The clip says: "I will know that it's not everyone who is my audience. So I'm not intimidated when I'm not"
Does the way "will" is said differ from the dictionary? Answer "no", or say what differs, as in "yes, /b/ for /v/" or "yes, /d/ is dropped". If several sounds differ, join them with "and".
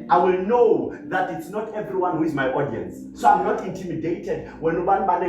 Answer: no